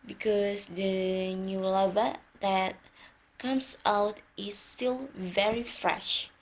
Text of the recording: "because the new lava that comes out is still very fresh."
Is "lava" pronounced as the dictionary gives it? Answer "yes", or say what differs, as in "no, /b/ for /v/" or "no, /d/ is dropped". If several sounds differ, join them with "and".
yes